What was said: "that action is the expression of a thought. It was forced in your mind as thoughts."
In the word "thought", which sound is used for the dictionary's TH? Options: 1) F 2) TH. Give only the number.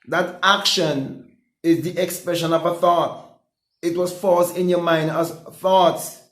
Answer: 2